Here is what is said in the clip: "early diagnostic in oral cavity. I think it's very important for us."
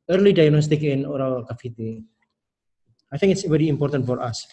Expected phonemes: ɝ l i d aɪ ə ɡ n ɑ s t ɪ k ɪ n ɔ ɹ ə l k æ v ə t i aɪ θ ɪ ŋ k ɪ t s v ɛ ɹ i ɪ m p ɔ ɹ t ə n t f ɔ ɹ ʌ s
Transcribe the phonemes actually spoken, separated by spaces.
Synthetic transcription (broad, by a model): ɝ l i d aɪ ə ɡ n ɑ s t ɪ k ɪ n ɔ ɹ ə l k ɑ f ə t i aɪ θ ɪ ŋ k ɪ t s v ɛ ɹ i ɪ m p ɔ ɹ t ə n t f ɔ ɹ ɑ s